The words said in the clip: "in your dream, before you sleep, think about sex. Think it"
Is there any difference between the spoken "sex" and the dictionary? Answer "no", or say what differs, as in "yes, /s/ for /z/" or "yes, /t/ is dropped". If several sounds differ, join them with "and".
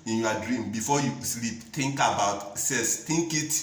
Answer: yes, /k/ is dropped